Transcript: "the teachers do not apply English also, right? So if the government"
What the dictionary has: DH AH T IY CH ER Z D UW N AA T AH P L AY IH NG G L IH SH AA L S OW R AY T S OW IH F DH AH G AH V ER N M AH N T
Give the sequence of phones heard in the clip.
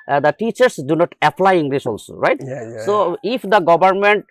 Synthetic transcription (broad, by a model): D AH T IY CH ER S D UW N AA T AH P L AY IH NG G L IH S AA L S OW R AY T S OW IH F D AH G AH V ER N M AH N T